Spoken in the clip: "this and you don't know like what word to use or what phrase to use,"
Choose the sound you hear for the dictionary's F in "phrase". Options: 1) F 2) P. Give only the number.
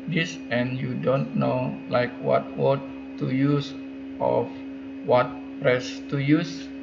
2